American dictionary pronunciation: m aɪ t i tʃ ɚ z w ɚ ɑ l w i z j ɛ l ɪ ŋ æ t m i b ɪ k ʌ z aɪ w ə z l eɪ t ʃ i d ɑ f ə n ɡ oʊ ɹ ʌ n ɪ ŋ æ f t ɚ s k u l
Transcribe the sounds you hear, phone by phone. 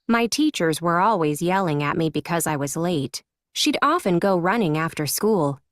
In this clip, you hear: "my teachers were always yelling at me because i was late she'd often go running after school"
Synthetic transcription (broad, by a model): m aɪ t i tʃ ɚ z w ɚ ɑ l w i z j ɛ l ɪ ŋ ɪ t m i b ɪ k ʌ z aɪ w ə z l eɪ t ʃ i d ɑ f ə n ɡ oʊ ɹ ʌ n ɪ ŋ æ f t ɚ s k u l